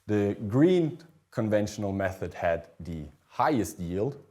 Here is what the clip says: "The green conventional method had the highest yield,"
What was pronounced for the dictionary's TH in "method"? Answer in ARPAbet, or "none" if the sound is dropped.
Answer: TH